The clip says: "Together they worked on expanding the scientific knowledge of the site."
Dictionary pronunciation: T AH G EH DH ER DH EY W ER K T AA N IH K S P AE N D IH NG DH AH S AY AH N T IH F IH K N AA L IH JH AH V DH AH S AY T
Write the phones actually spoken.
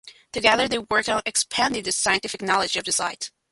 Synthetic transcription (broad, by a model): T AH G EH DH ER DH EY W ER K AA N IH K S P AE N D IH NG DH AH S AY AH N T IH F IH K N AA L IH JH AH V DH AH S AY T